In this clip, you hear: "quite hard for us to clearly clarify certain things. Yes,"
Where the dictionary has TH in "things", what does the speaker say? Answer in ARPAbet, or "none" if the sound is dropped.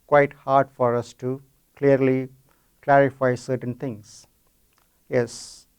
T